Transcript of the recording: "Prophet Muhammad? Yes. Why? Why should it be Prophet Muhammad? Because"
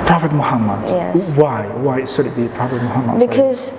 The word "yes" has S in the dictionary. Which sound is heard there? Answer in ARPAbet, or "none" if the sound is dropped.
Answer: none